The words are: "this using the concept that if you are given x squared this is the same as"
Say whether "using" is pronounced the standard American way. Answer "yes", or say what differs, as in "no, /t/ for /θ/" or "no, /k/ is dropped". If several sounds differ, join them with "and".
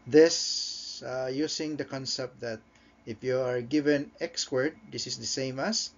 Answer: no, /s/ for /z/